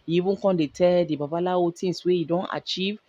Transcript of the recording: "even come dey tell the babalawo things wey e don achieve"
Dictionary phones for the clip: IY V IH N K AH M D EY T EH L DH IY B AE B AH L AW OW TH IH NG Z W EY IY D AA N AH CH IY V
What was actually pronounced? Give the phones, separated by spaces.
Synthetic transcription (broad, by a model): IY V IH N K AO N D EY T EH L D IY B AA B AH L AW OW T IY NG S W EY IY D AA N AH CH IY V